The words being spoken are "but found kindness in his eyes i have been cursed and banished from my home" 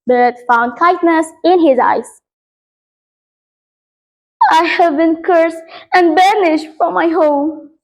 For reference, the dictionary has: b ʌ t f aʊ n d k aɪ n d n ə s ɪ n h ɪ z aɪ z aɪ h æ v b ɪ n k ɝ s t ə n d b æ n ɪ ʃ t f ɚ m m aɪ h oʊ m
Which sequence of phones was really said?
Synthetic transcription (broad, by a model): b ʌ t f aʊ n d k aɪ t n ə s ɪ n h ɪ z aɪ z aɪ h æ v b ɪ n k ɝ s ə n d b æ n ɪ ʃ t f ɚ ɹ m aɪ h oʊ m